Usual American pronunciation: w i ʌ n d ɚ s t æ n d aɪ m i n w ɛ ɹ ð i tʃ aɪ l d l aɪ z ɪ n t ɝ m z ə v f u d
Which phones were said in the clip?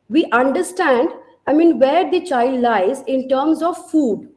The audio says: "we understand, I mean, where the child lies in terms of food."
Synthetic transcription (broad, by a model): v i ʌ n d ɚ s t æ n d aɪ m i n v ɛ ɹ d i tʃ aɪ l d l aɪ z ɪ n t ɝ m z ə v f u d